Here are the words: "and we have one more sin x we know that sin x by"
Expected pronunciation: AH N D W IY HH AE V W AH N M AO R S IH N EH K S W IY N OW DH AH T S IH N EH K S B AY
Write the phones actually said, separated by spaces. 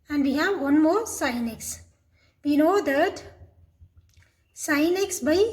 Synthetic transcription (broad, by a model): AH N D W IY HH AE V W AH N M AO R S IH N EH K S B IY L OW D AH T S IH N EH K S B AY